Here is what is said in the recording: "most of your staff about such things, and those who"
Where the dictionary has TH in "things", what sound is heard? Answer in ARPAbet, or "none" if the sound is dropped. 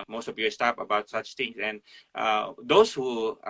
T